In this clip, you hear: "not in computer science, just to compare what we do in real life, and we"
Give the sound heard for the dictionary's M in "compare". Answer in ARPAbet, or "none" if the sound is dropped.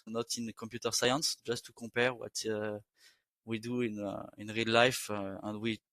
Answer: none